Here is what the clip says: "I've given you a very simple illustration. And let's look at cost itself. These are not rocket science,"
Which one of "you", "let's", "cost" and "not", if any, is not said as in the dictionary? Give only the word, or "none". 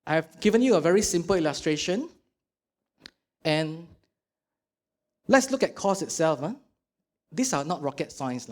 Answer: cost